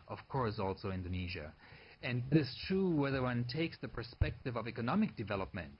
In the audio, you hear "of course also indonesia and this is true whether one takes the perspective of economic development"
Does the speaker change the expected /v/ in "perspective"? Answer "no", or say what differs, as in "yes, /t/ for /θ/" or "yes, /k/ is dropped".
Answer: no